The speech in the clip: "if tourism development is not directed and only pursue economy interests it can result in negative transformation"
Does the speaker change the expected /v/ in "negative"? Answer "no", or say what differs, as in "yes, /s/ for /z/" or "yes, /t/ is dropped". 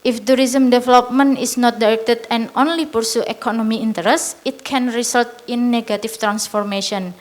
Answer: yes, /f/ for /v/